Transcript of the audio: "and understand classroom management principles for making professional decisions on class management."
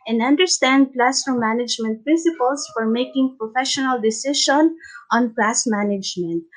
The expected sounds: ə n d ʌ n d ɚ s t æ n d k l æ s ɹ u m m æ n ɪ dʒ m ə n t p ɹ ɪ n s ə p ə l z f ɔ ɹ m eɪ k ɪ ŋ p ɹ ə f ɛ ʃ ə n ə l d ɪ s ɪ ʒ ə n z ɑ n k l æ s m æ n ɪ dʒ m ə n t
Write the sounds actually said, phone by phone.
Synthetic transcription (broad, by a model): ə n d ʌ n d ɚ s t æ n d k l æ s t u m m æ n ɪ dʒ m ə n t p ɹ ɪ n s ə p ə l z f ɔ ɹ m eɪ k ɪ ŋ p ɹ ə f ɛ ʃ ə n ə l d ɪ s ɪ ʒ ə n ɑ n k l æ s m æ n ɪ dʒ m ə n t